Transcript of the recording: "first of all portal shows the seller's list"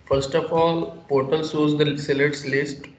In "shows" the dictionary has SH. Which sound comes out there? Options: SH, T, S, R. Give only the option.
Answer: S